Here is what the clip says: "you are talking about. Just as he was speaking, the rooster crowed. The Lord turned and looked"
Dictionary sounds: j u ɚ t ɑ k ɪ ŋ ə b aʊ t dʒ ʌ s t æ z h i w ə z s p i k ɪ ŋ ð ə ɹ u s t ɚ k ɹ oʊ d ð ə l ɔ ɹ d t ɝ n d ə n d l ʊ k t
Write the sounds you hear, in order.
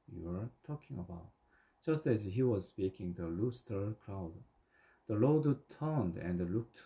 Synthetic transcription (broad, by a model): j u ɚ t ɑ k ɪ ŋ ə b aʊ t dʒ ʌ s t æ z h i w ə z s p i k ɪ ŋ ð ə l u s t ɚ k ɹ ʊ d ð ə l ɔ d t ɝ n d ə n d l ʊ k t